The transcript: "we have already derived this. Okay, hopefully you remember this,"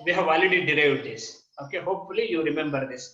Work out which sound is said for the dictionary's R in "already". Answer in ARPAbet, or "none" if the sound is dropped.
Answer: none